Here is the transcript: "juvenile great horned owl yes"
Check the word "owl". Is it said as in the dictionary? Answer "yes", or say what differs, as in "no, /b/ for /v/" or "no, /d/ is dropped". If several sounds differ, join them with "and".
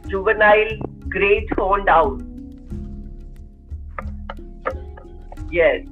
no, /n/ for /l/